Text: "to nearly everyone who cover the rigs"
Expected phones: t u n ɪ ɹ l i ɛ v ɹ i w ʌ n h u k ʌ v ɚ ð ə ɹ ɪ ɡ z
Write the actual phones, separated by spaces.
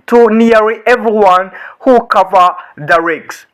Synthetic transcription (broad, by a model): t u n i ɹ i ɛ v ɹ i w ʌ n h u k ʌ v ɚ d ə ɹ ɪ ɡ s